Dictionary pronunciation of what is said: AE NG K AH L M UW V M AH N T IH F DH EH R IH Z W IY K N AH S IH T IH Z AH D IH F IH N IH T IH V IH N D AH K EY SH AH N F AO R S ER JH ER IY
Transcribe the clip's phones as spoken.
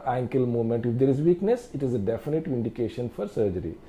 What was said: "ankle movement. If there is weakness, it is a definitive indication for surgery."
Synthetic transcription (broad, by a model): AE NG K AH L M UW M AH N T IH F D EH R IH Z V IY K N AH S IH T IH Z AH D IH F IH N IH T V IH N D AH K EY SH AH N F AO R S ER JH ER IY